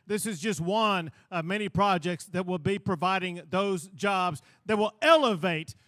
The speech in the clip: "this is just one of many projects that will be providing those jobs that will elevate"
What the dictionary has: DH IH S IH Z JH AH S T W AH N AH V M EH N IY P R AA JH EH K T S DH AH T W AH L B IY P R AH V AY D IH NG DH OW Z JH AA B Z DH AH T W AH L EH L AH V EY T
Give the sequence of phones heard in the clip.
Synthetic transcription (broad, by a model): DH IH S IH Z JH AH S T W AH N AH V M EH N IY P R AA JH EH K T S DH AH T W AH L B IY P R AH V AY D IH NG DH OW Z JH AA B Z DH AH T W AH L EH L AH V EY T